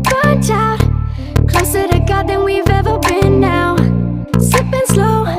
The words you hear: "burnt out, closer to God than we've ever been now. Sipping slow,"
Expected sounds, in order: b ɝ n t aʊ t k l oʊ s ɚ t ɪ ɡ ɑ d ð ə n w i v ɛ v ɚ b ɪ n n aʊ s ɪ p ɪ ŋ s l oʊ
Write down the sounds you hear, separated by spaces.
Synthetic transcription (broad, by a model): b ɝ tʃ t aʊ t k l oʊ s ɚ t ɪ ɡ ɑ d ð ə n w i v ɛ v ɚ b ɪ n n aʊ s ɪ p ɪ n s l oʊ